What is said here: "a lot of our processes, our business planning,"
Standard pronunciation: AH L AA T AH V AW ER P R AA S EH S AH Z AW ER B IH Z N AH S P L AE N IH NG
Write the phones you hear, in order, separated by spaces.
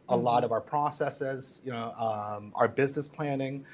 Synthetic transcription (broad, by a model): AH L AA T AH V AW ER P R AA S EH S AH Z AW ER B IH Z N AH S P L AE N IH NG